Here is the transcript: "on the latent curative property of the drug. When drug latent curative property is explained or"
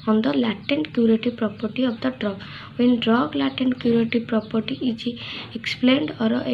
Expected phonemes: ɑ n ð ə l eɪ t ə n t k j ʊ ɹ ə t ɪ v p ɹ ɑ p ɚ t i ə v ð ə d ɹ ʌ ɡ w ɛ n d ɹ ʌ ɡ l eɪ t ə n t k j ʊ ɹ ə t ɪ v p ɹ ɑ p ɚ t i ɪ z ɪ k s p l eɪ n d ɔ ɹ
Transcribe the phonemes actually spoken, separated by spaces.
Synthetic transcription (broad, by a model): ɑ n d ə l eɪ t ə n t k j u ɹ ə t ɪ p ɹ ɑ p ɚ t i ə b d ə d ɹ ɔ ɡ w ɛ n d ɹ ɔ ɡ l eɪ t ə n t k j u ɹ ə t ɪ p ɹ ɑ p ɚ t i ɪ ɪ k s p l eɪ n d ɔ ɹ